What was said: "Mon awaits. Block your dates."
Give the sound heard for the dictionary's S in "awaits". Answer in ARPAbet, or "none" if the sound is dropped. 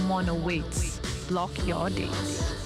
none